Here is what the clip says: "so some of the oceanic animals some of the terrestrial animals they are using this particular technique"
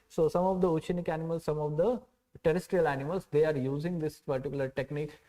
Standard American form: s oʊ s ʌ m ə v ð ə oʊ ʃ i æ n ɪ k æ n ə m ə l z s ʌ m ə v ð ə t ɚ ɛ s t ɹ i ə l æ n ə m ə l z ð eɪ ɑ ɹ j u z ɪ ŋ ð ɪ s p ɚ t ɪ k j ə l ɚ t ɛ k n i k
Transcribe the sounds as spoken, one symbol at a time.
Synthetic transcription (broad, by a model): s oʊ s ʌ m ə v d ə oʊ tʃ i n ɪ k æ n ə m ə l s ʌ m ə v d ə t ɚ ɛ s t ɹ i ə l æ n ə m ə l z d eɪ ɑ ɹ j u z ɪ ŋ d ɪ s p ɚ t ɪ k j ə l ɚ t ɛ k n i k